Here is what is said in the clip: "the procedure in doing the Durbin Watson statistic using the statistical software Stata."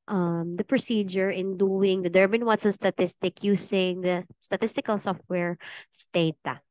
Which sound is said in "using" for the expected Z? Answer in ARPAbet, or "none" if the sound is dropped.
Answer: S